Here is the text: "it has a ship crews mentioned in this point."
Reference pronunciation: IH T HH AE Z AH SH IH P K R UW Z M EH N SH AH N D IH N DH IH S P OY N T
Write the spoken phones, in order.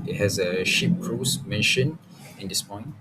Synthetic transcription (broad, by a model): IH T HH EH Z AH SH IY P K R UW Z M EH N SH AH N IH N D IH S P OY N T